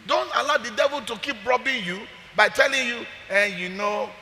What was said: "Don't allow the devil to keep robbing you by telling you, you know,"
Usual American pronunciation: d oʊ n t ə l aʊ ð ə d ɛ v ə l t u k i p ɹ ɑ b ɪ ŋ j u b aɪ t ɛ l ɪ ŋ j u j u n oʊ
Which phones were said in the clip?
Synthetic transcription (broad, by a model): d oʊ n t ə l aʊ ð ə d ɛ v ə l t u k i p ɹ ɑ b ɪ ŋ j u b aɪ t ɛ l ɪ ŋ j u j u n oʊ